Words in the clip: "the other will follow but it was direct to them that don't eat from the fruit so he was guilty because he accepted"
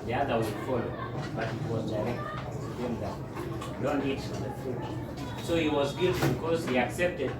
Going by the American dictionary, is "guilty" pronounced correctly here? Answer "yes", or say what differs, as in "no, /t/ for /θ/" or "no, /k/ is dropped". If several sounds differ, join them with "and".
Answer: no, /l/ is dropped